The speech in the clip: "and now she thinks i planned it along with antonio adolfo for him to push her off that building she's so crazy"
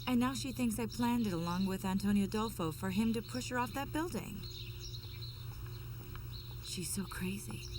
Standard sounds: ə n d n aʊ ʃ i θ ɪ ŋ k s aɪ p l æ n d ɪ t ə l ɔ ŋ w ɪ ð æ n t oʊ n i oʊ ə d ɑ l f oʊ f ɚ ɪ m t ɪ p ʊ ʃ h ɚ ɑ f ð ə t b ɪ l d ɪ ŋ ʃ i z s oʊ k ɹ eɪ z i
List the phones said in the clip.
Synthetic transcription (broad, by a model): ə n n aʊ ʃ i θ ɪ ŋ k s aɪ p l æ n d ɪ t ə l ɔ ŋ w ɪ ð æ n t oʊ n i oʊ ə d ɑ l f oʊ f ɚ ɪ m t ɪ p ʊ ʃ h ɚ ɑ f ð ə t b ɪ l d ɪ ŋ ʃ i z s oʊ k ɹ eɪ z i